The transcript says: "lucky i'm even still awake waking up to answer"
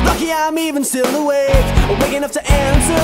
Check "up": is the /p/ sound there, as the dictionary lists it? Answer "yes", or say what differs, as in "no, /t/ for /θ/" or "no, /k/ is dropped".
no, /f/ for /p/